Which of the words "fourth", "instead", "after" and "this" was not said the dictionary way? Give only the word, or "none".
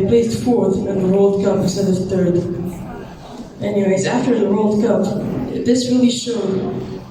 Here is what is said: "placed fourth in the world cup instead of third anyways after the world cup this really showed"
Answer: instead